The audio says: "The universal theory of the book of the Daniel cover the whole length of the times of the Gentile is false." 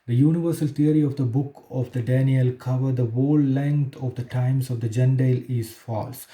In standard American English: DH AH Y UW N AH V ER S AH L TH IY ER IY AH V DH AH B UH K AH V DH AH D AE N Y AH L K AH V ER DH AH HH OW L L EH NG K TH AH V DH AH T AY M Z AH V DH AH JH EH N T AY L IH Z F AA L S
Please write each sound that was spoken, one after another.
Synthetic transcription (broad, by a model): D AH Y UW N AH V ER S AH L T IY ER IY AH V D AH B UH K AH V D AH D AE N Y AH L K AH V ER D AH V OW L L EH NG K T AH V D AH T AY M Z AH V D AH JH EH N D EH L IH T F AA L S